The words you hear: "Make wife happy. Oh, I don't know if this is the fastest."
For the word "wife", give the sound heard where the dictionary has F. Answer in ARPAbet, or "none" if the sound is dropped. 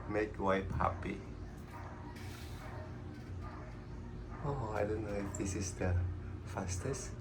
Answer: P